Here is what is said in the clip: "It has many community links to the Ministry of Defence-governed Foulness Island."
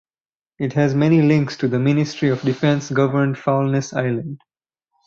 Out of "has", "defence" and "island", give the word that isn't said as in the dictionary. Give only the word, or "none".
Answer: none